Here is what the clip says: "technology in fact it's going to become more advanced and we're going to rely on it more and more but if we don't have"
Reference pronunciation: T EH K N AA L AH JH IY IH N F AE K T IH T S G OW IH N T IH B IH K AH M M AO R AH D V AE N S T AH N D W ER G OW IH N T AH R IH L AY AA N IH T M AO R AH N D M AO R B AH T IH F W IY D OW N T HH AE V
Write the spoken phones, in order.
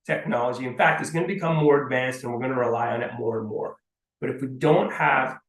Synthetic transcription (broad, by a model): T EH K N AA L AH JH IY IH N F AE K T IH T S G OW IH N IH B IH K AH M M AO R AH D V AE N S T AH N W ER G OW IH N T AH R IH L AY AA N IH T M AO R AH N M AO R B AH T IH F W IY D OW N T HH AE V